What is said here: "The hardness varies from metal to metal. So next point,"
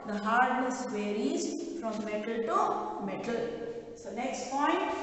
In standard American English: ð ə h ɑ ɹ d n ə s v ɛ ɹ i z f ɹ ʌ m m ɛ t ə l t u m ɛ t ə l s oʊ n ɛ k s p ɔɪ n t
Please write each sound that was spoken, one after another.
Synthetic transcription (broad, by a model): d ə h ɑ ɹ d ə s w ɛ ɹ i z f ɹ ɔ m m ɛ t ə l t u m ɛ t ə l s oʊ n ɛ k s p ɔɪ n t